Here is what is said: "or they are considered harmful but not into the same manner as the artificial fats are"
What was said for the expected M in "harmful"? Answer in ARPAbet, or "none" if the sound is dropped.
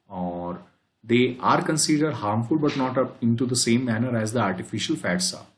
M